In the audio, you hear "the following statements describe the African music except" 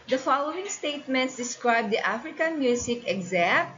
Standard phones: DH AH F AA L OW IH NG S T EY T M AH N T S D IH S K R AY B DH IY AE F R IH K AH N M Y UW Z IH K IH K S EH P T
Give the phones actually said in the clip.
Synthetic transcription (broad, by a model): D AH F AA L OW IH NG S T EY T M AH N T S D IH S K R AY B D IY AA F R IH K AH N M Y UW S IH K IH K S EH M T